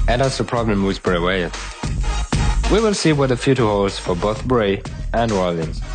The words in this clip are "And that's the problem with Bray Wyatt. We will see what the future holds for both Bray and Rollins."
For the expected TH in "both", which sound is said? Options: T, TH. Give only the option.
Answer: TH